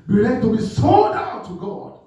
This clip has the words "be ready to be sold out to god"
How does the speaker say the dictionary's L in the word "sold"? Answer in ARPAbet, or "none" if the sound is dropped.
none